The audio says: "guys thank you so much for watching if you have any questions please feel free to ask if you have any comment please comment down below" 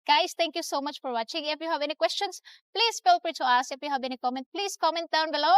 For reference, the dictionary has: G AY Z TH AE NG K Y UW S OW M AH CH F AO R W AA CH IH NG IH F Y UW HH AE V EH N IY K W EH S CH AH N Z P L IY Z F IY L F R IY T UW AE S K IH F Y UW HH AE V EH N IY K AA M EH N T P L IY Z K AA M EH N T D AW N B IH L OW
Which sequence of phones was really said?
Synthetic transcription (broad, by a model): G AY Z T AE NG K Y UW S OW M AH CH F AO R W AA CH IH NG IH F Y UW HH AE V EH N IY K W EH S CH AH N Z P L IY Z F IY L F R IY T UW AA S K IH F Y UW HH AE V EH N IY K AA M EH N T P L IY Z K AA M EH N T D N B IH L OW